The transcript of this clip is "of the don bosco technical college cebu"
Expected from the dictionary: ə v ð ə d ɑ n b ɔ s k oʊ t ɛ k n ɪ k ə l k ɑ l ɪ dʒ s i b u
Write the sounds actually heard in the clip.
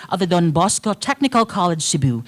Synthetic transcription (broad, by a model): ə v ð ə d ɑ n b ɔ s k oʊ t ɛ k n ɪ k ə l k ɑ l ɪ dʒ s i b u